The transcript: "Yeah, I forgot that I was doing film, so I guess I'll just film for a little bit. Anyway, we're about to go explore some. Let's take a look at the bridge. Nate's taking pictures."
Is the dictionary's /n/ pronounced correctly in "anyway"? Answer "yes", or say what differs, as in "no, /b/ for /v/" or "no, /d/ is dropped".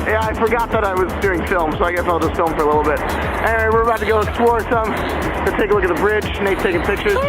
no, /n/ is dropped